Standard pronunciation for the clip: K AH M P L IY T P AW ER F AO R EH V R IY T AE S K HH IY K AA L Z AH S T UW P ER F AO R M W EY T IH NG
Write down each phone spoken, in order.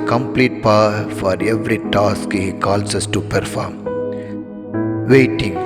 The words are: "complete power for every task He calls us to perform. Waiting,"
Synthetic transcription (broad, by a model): K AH M P L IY T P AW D F AO R EH V R IY T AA S K HH IY K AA L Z AH S T UW P ER F AO R M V EY T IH NG